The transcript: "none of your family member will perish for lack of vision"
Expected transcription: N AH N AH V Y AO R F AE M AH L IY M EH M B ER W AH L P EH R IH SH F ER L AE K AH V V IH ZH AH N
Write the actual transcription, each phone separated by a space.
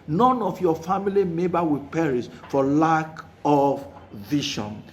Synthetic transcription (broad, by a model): N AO N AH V Y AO F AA M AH L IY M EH B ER W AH P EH R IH S F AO L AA K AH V V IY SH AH N